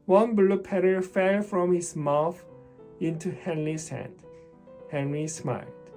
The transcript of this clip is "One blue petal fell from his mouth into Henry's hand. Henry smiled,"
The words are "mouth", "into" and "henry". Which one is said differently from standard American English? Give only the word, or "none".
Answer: none